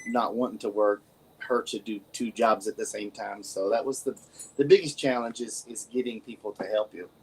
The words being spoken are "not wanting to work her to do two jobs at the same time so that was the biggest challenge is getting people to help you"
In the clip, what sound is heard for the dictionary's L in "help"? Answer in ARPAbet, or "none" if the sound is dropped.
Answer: L